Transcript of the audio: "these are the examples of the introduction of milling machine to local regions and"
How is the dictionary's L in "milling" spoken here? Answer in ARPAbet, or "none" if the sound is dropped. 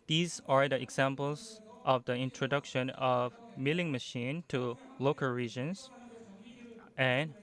L